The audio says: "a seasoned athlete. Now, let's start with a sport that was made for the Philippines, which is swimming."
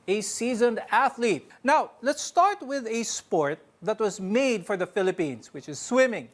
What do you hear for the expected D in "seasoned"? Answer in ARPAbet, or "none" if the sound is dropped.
D